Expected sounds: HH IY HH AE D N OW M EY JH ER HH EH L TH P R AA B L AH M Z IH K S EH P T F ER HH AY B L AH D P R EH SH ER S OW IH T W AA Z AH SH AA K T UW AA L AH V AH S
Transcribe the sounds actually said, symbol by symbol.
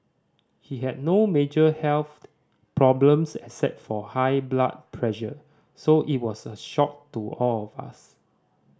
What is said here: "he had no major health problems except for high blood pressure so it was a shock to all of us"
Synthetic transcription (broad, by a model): HH IY HH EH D N OW M EY JH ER HH EH L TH P R AA B L AH M S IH S EH T F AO HH AY B L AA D P R EH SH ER S OW IH T W AA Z AH SH AA K T UW AA L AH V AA S